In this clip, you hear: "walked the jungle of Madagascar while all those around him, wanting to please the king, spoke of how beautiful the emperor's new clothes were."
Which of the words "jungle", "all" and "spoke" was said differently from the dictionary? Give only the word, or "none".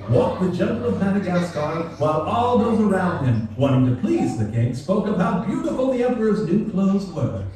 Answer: jungle